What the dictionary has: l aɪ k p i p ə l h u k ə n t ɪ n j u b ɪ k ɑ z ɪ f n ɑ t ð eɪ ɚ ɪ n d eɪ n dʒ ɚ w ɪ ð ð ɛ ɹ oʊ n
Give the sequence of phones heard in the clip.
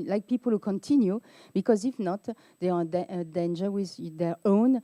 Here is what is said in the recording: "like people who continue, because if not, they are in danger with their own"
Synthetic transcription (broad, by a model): l aɪ k p i p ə l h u k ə n t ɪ n j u b ɪ k ɑ z ɪ f n ɑ t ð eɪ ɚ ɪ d d eɪ n dʒ ɚ w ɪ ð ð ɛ ɹ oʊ n